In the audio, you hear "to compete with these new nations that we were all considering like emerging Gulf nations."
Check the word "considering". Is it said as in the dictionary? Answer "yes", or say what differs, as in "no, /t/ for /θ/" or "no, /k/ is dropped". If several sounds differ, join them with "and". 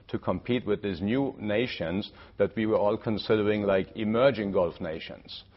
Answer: yes